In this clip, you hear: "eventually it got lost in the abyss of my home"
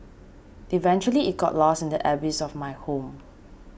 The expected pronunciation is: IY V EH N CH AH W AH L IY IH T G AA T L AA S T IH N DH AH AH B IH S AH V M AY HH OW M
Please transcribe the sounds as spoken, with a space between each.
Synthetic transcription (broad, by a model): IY V EH N CH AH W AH L IY IH T G AA T L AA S IH N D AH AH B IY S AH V M AY HH OW M